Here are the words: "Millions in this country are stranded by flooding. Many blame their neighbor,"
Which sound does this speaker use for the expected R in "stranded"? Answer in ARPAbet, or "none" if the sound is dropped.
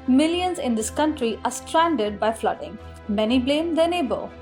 R